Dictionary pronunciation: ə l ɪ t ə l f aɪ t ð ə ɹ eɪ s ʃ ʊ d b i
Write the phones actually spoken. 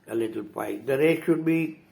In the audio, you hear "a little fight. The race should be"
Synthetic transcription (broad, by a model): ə l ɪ t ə l p aɪ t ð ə ɹ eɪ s ʃ ʊ d b i